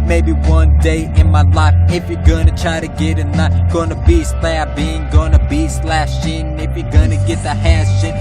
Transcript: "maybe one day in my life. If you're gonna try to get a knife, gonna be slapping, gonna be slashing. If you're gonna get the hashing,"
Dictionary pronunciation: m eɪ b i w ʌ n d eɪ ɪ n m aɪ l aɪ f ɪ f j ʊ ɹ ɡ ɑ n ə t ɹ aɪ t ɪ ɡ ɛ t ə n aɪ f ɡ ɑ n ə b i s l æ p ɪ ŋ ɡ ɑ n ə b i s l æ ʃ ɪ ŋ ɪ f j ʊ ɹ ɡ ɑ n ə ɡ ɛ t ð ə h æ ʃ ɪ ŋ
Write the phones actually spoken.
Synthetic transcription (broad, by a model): m eɪ b i w ʌ n d eɪ ɪ n m aɪ l aɪ f ɪ f j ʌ ɹ ɡ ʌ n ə t ɹ aɪ t ɪ ɡ ɛ t ə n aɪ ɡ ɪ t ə b i s l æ b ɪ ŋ ɡ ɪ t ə b i s l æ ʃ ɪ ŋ ɪ f j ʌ ɹ ɡ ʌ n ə ɡ ɛ t ð ə h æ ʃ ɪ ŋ